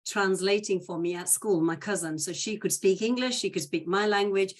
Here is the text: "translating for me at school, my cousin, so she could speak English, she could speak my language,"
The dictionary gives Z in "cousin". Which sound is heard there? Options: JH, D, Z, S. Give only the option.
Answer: Z